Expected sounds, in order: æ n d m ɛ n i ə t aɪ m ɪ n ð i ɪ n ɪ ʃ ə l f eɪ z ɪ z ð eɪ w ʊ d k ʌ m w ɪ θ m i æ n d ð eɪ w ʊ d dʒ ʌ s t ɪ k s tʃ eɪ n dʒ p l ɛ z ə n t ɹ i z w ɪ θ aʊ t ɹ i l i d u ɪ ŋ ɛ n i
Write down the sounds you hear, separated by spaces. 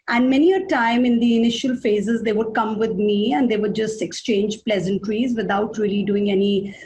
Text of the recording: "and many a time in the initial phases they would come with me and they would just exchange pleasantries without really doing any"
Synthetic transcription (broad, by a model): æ n d m ɛ n i ə t aɪ m ɪ n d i ɪ n ɪ ʃ ə l f eɪ z ɪ z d eɪ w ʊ d k ʌ m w ɪ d m i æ n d eɪ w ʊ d dʒ ʌ s t ɪ k s tʃ eɪ n dʒ p l ɛ z ə n t ɹ i z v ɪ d aʊ t ɹ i l i d u ɪ ŋ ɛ n i